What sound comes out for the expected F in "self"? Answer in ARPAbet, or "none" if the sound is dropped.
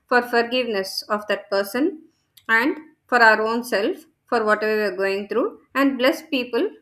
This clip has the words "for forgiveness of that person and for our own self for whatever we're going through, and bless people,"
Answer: F